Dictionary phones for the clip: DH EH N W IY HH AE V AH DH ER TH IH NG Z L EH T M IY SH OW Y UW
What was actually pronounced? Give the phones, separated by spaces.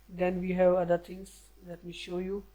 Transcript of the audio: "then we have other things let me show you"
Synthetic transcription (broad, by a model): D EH N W IY HH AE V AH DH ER T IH NG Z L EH T M IY SH OW Y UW